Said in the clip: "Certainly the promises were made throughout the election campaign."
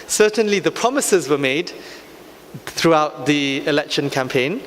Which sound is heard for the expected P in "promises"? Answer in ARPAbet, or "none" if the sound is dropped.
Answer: P